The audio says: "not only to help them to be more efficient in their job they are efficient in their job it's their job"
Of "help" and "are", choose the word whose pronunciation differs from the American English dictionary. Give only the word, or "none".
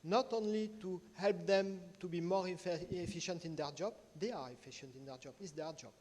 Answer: none